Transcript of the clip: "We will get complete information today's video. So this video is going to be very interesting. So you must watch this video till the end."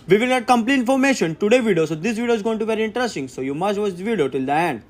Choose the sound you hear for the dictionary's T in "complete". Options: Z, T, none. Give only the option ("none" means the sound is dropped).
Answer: none